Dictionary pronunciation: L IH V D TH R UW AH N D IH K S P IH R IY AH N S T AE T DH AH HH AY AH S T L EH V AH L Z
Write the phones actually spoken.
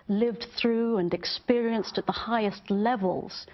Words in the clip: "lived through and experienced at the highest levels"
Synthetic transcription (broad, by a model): L IH V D TH R UW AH N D IH K S P IH R IY AH N S T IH T DH AH HH AY AH S T L EH V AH L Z